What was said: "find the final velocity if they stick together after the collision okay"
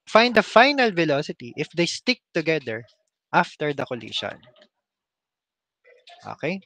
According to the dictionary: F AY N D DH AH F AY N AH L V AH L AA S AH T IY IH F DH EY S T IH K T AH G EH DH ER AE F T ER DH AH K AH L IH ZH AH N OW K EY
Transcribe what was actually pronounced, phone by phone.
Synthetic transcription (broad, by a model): F AY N D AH F AY N AH L V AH L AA S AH T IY IH F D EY S T IH K T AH G EH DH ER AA F T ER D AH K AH L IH SH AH N OW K EY